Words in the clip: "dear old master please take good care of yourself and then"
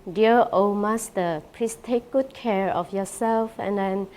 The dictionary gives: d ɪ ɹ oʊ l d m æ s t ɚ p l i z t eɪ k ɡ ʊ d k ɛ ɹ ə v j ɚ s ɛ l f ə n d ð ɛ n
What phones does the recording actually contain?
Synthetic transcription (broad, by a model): d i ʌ oʊ m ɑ s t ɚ p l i s t eɪ k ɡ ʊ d k ɛ ɹ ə f j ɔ s ɛ l f ə n d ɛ n